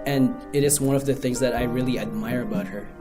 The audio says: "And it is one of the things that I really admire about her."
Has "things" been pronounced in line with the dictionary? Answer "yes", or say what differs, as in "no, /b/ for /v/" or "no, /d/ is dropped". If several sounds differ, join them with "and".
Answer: yes